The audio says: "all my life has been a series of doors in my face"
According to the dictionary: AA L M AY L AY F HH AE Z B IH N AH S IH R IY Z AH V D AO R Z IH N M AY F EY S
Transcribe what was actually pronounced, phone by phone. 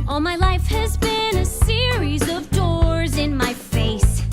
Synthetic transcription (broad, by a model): AA L M AY L AY F HH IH Z B IH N AH S IH R IY Z AH V D AO R Z IH N M AY F EY S